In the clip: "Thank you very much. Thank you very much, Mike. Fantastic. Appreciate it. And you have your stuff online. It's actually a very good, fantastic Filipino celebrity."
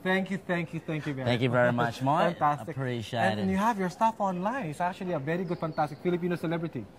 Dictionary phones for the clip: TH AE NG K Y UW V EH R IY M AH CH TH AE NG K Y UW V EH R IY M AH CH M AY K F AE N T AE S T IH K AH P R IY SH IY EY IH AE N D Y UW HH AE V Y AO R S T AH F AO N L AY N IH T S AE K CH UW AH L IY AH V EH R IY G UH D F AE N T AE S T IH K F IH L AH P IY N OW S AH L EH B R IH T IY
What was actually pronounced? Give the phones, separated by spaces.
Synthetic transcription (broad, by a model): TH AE NG K Y UW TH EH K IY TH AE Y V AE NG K Y UW V EH R IY M AH CH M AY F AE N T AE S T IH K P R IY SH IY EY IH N Y UW HH AE V Y AO R S T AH F AO N L AY N IH T S AE K CH UW AH L IY AH V EH R IY G UH D F AE N T AE S T IH K F IH L AH P IY N OW S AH L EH B R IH T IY